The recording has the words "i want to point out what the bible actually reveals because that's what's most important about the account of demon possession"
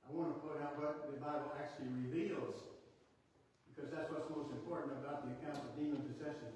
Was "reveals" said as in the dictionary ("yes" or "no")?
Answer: yes